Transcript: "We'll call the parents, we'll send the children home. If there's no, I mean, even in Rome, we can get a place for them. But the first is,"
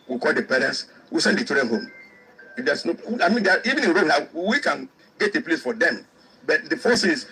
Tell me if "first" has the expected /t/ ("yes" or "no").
no